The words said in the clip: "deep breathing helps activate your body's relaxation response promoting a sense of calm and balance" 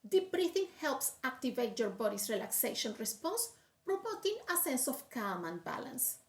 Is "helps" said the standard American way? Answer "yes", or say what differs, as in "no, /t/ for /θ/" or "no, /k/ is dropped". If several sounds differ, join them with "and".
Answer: yes